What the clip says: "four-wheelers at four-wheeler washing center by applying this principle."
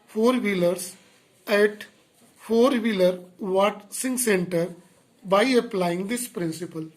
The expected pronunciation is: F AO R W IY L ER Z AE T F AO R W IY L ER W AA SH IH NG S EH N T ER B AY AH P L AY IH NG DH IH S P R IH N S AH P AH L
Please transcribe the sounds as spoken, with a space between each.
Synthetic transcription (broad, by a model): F AO R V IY L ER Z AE T F AO R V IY L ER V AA S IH NG S EH N T ER B AY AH P L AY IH NG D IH S P R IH N S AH P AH L